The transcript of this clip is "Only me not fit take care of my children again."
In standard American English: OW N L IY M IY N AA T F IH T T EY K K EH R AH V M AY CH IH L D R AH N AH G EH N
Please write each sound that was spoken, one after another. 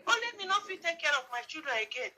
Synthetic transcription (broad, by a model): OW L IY M IY N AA F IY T T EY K K EH R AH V M AY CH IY D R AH AH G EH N